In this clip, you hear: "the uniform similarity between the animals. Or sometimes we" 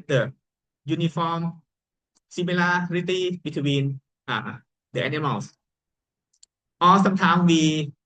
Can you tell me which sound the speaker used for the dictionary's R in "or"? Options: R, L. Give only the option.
L